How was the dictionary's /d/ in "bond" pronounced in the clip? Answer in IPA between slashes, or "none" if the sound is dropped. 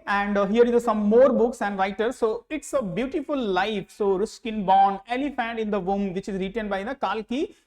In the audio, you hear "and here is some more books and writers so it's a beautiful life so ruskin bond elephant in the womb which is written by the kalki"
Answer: none